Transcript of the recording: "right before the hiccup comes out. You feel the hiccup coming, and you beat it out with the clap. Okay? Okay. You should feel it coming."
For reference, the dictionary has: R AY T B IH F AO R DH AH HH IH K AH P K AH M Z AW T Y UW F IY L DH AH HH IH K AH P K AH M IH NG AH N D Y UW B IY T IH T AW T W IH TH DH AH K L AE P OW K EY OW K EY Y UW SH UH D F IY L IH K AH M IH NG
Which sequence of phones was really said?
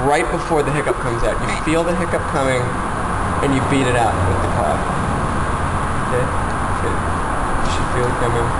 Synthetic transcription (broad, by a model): R AY T B IH F AO R DH AH HH IH K AH P K AH M Z AW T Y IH F IY L DH AH HH IH K AH P K AH M IH NG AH N Y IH B IY T IH T AW T W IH DH AH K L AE F OW K EY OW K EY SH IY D F IY L IH K AH M IH NG